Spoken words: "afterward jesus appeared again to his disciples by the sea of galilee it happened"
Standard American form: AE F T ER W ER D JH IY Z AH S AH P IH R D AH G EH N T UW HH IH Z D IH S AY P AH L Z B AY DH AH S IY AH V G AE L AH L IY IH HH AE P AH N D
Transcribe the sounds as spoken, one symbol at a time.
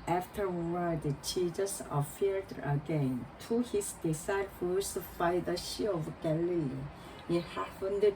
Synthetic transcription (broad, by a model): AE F T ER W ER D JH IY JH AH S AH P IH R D AH G EH N T UW HH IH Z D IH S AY AH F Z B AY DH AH SH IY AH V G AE L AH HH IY HH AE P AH N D